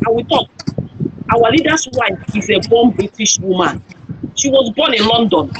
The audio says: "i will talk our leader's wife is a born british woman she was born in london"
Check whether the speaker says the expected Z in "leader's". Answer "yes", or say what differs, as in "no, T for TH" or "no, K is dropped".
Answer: no, S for Z